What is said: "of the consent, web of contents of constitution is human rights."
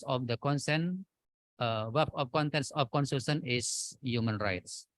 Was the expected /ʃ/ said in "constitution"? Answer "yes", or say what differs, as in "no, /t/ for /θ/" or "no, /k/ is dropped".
no, /s/ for /ʃ/